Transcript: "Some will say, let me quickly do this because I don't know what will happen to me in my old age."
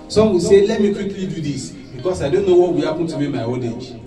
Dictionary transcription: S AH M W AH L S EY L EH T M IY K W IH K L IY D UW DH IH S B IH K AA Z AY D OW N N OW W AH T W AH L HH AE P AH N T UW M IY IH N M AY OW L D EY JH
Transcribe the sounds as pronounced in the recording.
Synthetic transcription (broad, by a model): S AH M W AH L S EY L EH T M IY K W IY K L IY D UW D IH S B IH K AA S AY D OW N N OW W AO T W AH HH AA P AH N T UW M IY M AY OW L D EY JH